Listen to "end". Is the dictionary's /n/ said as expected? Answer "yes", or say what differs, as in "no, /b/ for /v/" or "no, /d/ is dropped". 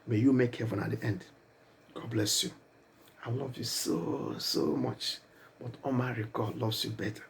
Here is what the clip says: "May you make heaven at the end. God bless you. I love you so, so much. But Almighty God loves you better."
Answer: yes